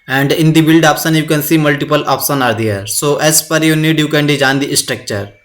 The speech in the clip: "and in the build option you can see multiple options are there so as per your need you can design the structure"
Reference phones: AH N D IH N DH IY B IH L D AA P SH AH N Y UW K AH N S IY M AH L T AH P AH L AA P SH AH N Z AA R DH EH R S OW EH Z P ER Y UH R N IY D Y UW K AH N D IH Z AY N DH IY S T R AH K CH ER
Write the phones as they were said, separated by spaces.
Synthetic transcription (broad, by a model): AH N D IH N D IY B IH L D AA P S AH N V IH K AH N S IY M AH L T AH P AH L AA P S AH N AA R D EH R S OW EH S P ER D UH N IY D Y UW K AH N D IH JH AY N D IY S T R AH K CH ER